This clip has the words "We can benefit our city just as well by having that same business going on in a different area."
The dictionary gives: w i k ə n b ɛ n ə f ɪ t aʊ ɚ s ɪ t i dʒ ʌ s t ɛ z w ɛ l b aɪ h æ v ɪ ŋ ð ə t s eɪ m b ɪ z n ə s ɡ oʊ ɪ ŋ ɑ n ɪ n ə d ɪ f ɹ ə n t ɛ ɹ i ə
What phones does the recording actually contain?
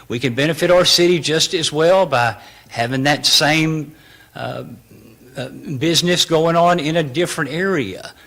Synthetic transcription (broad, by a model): w i k ə n b ɛ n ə f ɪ t aʊ ɚ s ɪ t i dʒ ʌ s t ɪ z w ɛ l b aɪ h æ v ɪ ŋ ð ə t s eɪ m b ɪ z n ə s ɡ oʊ ɪ ŋ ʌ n ɪ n ə d ɪ f ɹ ə n t ɛ ɹ i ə